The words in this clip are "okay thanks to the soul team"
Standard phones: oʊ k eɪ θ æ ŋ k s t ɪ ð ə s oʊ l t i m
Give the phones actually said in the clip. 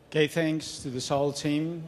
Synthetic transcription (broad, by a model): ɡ eɪ θ æ ŋ k s t ɪ ð ə s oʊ l t i m